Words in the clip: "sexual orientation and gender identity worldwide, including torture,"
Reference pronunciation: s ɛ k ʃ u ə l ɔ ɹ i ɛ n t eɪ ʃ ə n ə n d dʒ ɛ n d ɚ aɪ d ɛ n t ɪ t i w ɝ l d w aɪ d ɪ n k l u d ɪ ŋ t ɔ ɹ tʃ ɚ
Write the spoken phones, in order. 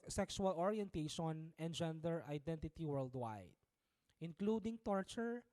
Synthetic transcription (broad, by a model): s ɛ k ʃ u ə l ɔ ɹ i ɛ n t eɪ ʃ ə n ə n d dʒ ɛ n d ɚ aɪ d ɛ n t ɪ t i w ɝ l d w aɪ d ɪ n k l u d ɪ ŋ t ɔ ɹ tʃ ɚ